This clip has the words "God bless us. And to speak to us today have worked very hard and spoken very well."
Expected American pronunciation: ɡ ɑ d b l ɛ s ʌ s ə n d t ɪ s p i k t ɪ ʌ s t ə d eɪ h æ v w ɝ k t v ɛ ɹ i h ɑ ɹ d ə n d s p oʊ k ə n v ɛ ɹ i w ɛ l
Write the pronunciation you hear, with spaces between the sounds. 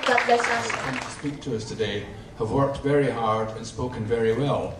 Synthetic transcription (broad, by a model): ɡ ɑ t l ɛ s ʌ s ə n t ɪ s p i k t ɪ ʌ s t ə d eɪ h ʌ v w ɝ k t v ɛ ɹ i h ɑ ɹ d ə n s p oʊ k ə n v ɛ ɹ i w ɛ l